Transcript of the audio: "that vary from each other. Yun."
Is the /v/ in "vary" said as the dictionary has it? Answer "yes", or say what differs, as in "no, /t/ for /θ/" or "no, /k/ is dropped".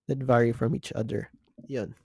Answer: yes